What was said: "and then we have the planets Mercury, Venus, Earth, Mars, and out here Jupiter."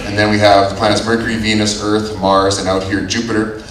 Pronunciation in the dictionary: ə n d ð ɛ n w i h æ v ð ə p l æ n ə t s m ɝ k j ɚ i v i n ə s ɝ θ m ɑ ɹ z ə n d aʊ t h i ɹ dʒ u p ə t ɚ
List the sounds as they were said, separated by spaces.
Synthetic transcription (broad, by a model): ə n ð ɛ n w i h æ v ð ə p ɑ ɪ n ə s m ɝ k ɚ i v i n ə s ɝ θ m ɑ ɹ z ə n aʊ t h i ɹ dʒ u p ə t ɚ